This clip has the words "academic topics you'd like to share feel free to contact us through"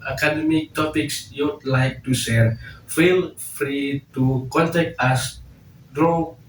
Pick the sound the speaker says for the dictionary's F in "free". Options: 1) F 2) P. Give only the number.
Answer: 1